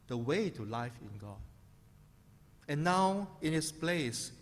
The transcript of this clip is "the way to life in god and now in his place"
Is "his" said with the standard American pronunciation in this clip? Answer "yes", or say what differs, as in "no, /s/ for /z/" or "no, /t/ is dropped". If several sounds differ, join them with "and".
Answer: no, /s/ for /z/